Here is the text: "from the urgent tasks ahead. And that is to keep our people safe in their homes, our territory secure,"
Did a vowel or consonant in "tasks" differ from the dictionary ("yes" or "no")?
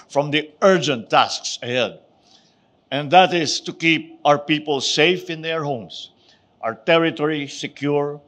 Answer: no